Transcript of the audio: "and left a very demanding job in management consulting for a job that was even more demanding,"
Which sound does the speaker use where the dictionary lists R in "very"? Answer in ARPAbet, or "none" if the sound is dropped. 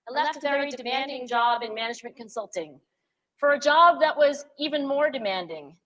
none